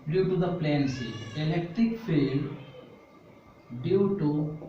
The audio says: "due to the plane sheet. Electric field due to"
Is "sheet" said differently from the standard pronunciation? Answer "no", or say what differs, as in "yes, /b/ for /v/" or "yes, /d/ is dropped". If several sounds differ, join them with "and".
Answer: yes, /s/ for /ʃ/ and /t/ is dropped